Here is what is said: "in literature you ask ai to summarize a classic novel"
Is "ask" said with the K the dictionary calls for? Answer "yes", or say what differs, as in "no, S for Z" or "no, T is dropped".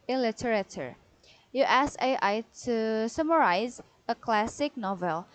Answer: no, K is dropped